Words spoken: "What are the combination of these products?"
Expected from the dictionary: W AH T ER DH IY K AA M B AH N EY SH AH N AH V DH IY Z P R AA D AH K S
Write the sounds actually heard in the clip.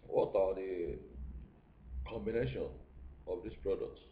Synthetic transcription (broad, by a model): W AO T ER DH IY K AA M B AH N EY SH AH N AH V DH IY S P R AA D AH K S